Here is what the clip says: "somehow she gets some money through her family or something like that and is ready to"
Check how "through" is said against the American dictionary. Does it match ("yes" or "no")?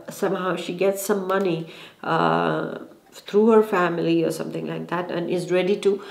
no